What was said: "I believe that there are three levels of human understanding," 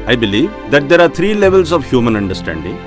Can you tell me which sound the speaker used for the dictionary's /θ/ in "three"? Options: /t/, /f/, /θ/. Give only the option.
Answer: /t/